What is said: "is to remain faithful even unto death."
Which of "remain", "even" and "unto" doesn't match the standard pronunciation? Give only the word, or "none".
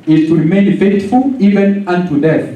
none